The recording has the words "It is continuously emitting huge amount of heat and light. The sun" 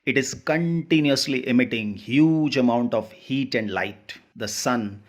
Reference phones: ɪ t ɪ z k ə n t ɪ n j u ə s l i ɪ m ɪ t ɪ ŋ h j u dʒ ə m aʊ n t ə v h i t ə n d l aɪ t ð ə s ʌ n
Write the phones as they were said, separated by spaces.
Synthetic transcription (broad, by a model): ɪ t ɪ z k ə n t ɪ n j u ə s l i ɪ m ɪ t ɪ ŋ h j u dʒ ə m aʊ n t ə v h i t ə n d l aɪ t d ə s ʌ n